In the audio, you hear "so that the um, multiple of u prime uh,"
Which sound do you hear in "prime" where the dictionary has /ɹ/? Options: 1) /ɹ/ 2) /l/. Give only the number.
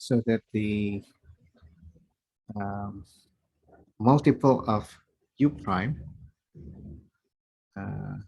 1